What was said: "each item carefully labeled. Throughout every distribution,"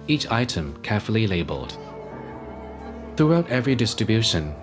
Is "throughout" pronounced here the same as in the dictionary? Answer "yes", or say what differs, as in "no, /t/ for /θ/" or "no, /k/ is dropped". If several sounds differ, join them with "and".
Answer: yes